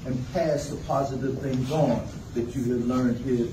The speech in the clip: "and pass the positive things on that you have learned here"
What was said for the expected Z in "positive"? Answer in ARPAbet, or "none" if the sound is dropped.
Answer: Z